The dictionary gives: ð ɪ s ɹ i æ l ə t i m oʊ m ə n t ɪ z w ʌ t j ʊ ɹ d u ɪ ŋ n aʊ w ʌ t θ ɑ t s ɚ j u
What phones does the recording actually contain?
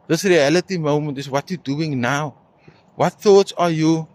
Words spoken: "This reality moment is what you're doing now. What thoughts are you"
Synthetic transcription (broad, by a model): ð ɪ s ɹ i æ l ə t i m oʊ m ə n t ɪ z w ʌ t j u d u ɪ ŋ n aʊ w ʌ t θ ɑ t s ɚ j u